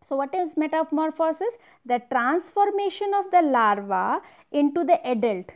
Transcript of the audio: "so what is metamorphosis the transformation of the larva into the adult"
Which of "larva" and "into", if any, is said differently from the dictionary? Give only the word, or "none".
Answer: none